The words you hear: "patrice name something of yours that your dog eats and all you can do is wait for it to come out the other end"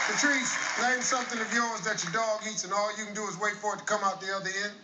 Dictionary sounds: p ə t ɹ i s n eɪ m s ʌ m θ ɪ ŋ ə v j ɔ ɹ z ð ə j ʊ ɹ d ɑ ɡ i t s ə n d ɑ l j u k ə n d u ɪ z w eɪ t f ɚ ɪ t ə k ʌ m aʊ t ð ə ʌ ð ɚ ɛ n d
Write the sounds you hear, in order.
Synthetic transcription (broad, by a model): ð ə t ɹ i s l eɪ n s ʌ m θ ɪ ŋ ə v j ɔ ɹ z ð ə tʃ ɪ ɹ d ɑ ɡ i t s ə n ɑ l j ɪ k n d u ɪ z w eɪ t f ɚ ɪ t ə k ʌ m aʊ t ð ə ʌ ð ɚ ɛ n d